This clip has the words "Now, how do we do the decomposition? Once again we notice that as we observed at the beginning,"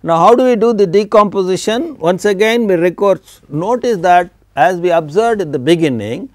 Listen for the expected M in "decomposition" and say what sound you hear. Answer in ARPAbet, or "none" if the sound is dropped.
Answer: M